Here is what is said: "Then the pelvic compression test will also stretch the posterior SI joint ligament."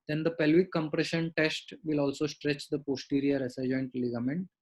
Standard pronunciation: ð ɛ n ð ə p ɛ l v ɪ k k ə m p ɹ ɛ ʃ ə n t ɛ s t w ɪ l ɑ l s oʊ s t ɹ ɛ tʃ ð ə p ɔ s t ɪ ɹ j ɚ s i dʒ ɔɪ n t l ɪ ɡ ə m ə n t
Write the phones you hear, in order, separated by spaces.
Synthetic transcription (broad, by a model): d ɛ n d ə p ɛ l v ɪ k k ə m p ɹ ɛ ʃ ə n t ɛ s t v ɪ l ɑ l s oʊ s t ɹ ɛ tʃ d ə p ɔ s t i ɹ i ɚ s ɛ dʒ ɔɪ n t l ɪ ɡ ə m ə n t